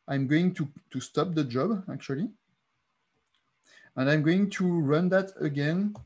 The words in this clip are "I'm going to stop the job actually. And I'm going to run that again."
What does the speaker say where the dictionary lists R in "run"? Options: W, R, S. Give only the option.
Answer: R